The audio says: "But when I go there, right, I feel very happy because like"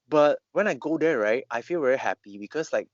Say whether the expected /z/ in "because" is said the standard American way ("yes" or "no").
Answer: no